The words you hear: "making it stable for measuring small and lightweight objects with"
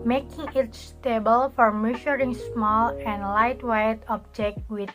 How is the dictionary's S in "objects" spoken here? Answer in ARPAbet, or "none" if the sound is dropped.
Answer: none